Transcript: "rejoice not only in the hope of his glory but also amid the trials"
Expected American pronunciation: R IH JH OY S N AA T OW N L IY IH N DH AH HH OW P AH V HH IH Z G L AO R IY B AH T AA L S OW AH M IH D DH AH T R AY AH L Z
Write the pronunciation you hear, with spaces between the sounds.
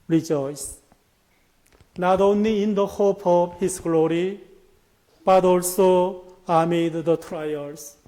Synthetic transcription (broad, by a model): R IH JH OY S N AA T OW N L IY IH N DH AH HH OW P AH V HH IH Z G L AO R IY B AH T AA L S OW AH M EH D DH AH T R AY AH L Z